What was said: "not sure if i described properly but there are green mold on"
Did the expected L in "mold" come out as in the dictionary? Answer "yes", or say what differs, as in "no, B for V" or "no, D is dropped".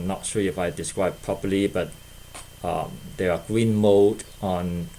no, L is dropped